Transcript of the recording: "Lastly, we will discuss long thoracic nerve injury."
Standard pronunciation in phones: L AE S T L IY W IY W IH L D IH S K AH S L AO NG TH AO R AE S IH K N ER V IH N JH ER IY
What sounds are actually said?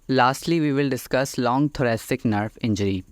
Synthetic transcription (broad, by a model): L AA S T L IY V IY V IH L D IH S K AH S L AO NG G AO R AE S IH K N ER F IH N JH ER IY